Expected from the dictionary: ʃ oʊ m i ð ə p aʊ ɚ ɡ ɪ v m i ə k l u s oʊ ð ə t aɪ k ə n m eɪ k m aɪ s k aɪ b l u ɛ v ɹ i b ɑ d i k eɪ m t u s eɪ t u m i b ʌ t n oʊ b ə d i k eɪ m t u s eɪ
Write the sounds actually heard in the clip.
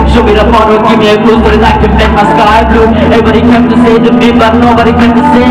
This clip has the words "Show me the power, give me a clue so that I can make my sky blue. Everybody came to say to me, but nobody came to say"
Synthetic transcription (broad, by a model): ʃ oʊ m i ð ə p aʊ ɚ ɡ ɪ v m i ə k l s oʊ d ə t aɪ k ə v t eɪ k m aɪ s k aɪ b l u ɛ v i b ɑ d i k eɪ m t u s eɪ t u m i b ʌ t n oʊ b ə d i k eɪ m t u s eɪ